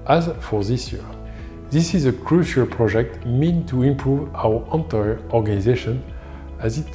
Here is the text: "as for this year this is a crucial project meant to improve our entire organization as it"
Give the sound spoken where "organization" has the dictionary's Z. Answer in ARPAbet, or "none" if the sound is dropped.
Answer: Z